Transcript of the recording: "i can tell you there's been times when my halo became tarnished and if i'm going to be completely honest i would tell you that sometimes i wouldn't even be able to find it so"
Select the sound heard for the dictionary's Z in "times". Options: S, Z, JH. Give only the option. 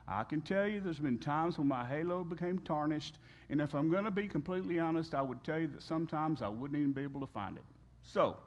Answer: Z